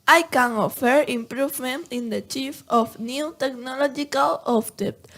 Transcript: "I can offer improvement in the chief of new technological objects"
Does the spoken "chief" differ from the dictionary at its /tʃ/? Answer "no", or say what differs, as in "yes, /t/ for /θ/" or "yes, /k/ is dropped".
no